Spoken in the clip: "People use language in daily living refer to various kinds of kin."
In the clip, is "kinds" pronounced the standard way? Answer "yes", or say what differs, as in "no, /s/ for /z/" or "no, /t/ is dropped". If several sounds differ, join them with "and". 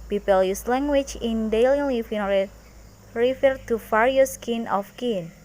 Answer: no, /z/ is dropped